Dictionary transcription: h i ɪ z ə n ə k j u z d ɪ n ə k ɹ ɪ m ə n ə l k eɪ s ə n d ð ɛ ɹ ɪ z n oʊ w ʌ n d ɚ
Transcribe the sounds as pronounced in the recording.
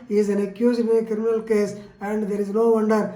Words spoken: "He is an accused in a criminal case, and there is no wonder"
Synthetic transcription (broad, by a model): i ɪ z ə n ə k j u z ɪ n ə k ɹ ɪ m ə n ə l k eɪ s ə n d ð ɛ ɹ ɪ z n oʊ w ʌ n d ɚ